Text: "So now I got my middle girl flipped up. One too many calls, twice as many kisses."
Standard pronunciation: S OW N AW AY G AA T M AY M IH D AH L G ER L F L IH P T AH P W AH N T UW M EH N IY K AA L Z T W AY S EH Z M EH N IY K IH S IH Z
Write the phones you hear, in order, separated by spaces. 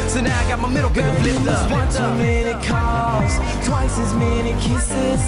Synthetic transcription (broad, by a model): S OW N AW AY G AA T M AY M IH D L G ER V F L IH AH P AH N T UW M EH N IY K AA Z T W AY S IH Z M EH N IY K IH S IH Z